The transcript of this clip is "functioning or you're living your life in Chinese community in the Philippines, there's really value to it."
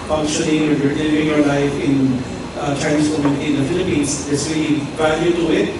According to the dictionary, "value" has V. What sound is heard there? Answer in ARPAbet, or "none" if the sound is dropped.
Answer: B